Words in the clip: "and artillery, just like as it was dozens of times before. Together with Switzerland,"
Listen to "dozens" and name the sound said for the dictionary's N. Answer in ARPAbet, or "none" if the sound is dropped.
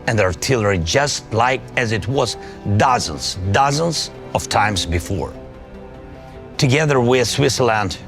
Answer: N